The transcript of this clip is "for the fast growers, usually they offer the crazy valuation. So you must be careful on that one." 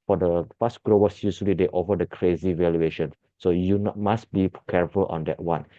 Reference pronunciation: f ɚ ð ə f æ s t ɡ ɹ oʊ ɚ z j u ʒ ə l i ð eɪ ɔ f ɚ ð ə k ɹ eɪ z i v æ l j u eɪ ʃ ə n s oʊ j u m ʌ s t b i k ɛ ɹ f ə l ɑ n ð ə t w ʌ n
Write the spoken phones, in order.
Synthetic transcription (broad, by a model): f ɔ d ə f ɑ s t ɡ ɹ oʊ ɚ s j u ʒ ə l i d eɪ ɔ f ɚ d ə k ɹ eɪ z i v æ l j u eɪ ʃ ə n s oʊ j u m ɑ s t b i k ɛ ɹ f ə l ɑ n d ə t w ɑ n